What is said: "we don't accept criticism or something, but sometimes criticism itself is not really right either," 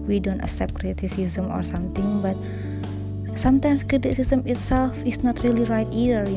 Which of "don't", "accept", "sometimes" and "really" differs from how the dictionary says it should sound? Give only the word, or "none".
sometimes